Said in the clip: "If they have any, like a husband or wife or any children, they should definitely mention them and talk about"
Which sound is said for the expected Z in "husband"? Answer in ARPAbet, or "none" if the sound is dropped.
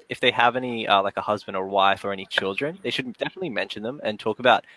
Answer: Z